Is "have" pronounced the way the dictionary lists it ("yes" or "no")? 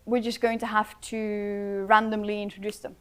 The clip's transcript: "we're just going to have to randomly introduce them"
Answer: no